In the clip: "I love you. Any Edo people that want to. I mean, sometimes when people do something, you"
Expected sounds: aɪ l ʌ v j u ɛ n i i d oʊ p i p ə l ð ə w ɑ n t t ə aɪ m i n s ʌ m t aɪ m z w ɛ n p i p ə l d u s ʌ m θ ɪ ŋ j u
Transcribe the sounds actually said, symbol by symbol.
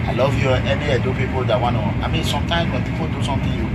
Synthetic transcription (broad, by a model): aɪ l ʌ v j u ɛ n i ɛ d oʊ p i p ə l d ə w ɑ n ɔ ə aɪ m i n s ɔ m t aɪ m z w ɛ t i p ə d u s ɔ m t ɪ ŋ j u